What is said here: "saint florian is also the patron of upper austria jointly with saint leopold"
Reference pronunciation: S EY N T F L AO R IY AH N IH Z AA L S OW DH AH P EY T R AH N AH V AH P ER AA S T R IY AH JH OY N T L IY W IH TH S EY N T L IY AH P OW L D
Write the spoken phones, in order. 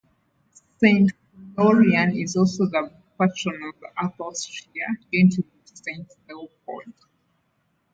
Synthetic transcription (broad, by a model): S EY N T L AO R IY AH N IH Z AA L S OW DH AH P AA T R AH N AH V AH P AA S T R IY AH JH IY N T IY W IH S EY N T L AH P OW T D